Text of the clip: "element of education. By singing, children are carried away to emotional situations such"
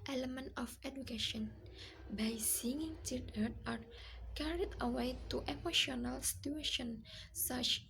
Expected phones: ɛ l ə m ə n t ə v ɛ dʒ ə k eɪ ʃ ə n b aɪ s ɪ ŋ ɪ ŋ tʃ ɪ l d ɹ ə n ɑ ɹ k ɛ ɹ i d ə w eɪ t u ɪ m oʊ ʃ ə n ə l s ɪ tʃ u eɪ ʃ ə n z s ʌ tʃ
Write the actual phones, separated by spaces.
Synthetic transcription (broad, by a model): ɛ l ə m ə n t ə f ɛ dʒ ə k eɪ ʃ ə n b aɪ s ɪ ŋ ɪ ŋ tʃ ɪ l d ə ɑ ɹ k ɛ ɹ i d ə w eɪ t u ɪ m oʊ ʃ ə n ə l s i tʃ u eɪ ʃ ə n s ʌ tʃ